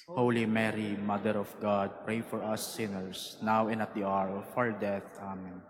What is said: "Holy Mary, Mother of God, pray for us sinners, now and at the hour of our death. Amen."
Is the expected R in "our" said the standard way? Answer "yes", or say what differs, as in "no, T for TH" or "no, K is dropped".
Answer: yes